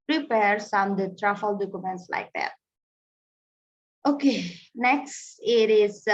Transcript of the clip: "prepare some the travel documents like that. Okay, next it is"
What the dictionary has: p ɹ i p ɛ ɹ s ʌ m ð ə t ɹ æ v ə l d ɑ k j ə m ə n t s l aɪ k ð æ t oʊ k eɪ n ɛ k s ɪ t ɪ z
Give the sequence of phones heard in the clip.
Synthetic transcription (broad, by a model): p ɹ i p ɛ ɹ s ʌ m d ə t ɹ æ f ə l d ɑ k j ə m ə n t s l aɪ k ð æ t oʊ k eɪ n ɛ k s ɪ t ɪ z